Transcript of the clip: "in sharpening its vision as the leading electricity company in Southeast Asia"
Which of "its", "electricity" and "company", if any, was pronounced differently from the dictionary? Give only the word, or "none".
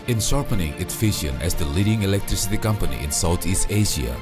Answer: none